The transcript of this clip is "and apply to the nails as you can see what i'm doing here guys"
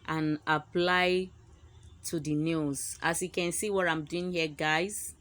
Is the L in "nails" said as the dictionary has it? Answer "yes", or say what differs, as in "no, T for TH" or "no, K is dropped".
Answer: no, L is dropped